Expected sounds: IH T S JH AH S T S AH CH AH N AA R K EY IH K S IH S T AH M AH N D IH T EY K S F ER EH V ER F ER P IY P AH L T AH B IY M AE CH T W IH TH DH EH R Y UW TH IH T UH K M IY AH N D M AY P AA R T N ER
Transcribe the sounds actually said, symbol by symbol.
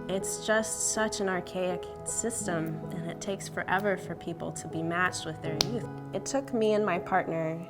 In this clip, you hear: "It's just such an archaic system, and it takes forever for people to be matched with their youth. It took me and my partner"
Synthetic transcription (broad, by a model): IH T S JH AH S T S AH CH AH N AA R K EY IH K S IH S T AH M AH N IH T EY K S F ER EH V ER F ER P IY P L T AH B IY M AE CH T W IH DH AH R Y UW TH IH T UH K M IY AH N M AY P AA R T N ER